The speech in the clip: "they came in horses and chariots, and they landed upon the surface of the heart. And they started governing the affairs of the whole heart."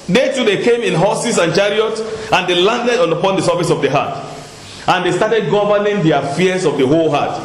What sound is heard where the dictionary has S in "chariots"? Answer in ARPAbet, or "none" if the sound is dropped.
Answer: none